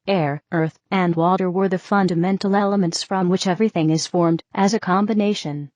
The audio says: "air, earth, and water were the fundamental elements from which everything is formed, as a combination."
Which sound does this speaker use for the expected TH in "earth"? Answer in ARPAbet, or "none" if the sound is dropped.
TH